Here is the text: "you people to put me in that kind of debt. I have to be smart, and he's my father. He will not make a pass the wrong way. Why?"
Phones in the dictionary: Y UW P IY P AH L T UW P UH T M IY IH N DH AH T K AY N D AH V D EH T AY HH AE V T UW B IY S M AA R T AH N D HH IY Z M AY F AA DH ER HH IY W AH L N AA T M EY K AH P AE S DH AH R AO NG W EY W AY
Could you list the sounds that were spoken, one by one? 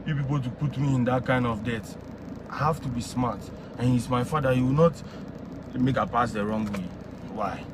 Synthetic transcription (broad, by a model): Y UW P IY P AH L T UW P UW T M IY IH N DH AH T K AY N D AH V D EH T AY HH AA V T UW B IY S M AA T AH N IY S M AY F AA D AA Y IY W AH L N AA T M EY K AH P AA S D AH R AO NG W EY W AY